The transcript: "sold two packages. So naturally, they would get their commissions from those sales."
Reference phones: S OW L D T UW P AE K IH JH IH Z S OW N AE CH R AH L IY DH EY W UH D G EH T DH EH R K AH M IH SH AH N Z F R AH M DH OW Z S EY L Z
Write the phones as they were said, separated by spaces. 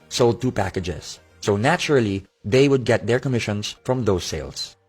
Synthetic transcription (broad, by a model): S OW L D T UW P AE K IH JH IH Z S OW N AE CH R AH L IY DH EY W UH D G EH T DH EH R K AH M IH SH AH N S F R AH M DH OW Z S EY L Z